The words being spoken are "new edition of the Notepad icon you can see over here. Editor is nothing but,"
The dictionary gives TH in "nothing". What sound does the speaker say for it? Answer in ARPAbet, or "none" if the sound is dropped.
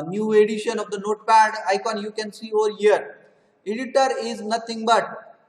T